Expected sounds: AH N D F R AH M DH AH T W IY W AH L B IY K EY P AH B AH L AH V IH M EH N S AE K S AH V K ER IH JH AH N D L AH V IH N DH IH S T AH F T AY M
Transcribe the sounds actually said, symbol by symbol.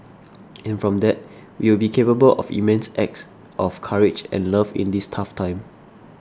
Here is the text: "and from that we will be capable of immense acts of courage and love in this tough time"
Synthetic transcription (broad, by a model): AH N F R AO M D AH T W IY W AH L B IY K EY P AH B AH L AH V IH M EH N S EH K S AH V K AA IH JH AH N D L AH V IH N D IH S T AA F T AY M